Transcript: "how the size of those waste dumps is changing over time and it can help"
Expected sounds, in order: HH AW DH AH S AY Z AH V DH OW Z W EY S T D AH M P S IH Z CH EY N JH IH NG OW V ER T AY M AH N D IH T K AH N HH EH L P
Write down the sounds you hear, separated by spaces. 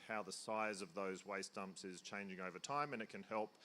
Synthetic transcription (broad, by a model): HH AW DH AH S AY Z AH V DH OW Z W EY S T AH M P S IH Z CH EY N JH IH NG OW V ER T AY M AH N IH T K AH N HH EH L P